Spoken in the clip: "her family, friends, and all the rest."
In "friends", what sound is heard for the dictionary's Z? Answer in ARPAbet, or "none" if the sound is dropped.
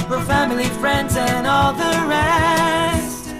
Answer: Z